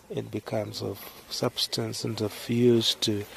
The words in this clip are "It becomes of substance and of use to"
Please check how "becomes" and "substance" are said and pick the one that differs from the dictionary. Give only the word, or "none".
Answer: none